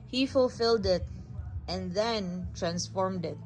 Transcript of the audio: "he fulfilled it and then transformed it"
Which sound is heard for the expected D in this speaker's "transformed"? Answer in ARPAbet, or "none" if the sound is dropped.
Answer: D